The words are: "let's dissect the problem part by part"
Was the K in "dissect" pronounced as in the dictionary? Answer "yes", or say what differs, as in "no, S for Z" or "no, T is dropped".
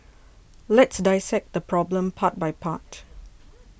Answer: yes